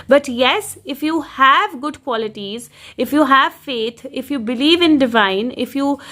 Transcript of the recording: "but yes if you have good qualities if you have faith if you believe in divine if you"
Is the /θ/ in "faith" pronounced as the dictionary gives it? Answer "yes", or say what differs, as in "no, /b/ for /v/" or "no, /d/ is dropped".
no, /t/ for /θ/